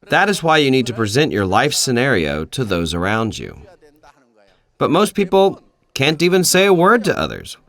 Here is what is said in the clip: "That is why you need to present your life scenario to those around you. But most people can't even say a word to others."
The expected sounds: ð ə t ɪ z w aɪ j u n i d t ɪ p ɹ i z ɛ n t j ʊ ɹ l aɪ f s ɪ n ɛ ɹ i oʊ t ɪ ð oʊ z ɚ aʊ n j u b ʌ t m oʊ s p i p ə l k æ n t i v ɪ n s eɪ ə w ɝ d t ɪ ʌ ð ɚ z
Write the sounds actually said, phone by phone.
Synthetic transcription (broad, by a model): ð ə t ɪ z w aɪ j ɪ n i d t ɪ p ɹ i z ɛ n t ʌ ɹ l aɪ f s ɪ n ɛ ɹ i oʊ t ɪ ð oʊ z ɚ aʊ n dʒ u b ʌ t m oʊ s p i p l k æ n t i v ɪ n s eɪ ə w ɝ d t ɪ ʌ ð ɚ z